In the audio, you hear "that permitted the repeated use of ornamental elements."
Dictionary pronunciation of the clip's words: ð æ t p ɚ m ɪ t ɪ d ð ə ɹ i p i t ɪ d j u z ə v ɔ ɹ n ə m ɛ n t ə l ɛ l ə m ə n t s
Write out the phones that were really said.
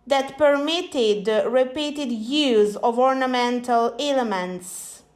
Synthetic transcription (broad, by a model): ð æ t p ɚ m ɪ t ɪ d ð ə ɹ i p i t ɪ d j u z ə v ɔ ɹ n ə m ɛ n t ə l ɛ l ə m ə n t s